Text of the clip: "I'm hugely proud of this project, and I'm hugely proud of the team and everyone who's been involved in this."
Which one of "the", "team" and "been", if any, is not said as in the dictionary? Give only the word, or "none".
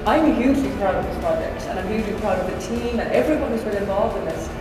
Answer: been